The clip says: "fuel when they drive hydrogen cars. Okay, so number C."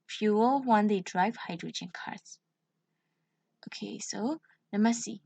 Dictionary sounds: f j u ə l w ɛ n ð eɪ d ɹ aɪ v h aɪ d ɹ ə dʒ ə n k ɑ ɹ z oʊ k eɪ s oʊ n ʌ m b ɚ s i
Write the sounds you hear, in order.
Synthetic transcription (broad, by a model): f j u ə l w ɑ n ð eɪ d ɹ aɪ v h aɪ d ɹ ə dʒ ə n k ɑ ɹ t oʊ k eɪ s oʊ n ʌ m ɚ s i